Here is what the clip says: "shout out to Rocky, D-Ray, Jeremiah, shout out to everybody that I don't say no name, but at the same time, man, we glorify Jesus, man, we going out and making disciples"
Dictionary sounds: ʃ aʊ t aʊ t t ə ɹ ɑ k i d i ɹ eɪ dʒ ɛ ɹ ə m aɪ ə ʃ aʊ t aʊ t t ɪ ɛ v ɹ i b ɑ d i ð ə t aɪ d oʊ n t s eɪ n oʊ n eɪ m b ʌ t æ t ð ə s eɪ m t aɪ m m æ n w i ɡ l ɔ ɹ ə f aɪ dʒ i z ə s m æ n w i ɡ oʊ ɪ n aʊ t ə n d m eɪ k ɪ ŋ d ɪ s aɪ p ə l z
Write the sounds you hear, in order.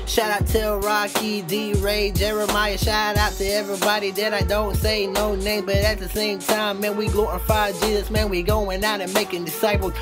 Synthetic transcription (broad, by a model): ʃ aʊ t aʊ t t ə ɹ ɑ k i d i ɹ eɪ dʒ ɛ ɹ ə m aɪ ə ʃ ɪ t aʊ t t ɪ ɛ v ɹ i b ɑ d i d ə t aɪ d oʊ n t s eɪ n oʊ n eɪ m b ʌ t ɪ t ð ə s eɪ m t aɪ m m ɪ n w i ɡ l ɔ ə f aɪ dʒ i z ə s m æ n w i ɡ oʊ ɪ n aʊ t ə n m eɪ k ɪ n d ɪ s aɪ p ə l